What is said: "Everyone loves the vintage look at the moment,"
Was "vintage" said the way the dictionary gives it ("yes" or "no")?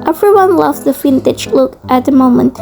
no